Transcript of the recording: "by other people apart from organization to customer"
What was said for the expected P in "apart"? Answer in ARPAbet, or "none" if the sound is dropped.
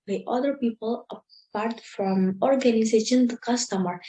P